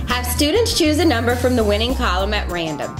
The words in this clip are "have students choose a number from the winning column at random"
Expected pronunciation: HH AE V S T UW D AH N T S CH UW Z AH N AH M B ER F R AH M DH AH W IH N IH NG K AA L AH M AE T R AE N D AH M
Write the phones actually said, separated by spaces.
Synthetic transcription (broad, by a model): HH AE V S T UW D N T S CH UW Z AH N AH M B ER F R AH M DH AH W IH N IH NG K AA L AH M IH T R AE N D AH M